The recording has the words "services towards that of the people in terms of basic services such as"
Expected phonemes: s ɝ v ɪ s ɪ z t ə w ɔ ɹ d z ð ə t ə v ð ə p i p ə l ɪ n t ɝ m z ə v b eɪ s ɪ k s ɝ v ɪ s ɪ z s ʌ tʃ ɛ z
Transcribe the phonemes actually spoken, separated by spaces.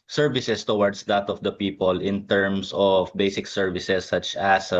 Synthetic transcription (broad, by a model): s ɝ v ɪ s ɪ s t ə w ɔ ɹ d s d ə t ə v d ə p i p ə l ɪ n t ɝ m s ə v b eɪ s ɪ k s ɝ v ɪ s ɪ s ʌ tʃ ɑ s